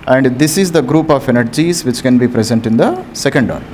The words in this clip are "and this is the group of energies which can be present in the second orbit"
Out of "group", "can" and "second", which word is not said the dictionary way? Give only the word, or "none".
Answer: none